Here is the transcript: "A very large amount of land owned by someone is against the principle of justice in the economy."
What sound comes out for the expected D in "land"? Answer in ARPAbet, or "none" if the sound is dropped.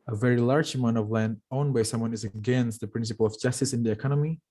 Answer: D